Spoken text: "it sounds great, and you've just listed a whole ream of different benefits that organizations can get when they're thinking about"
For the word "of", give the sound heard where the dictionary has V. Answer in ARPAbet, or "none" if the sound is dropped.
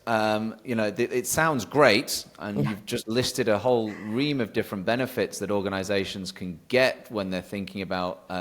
V